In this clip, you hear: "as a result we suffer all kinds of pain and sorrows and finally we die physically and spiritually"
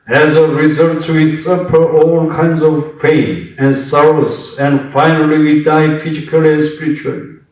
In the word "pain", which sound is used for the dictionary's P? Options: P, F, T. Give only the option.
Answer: F